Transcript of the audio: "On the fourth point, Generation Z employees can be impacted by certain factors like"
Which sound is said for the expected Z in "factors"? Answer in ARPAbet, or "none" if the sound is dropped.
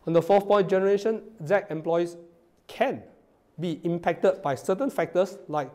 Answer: S